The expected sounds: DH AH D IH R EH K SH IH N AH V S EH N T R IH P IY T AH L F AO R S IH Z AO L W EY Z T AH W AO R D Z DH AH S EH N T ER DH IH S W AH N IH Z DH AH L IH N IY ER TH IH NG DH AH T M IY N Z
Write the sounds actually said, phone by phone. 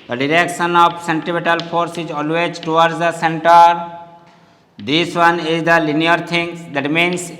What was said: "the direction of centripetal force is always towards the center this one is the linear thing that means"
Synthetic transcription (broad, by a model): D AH D IH R EH K SH IH N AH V S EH N T IH B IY T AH L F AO R S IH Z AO L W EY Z T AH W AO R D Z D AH S EH N T ER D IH S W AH N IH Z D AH L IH N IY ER T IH NG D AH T M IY N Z